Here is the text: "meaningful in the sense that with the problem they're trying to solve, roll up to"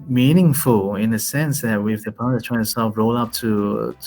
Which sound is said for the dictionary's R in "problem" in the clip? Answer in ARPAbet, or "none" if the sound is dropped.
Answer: none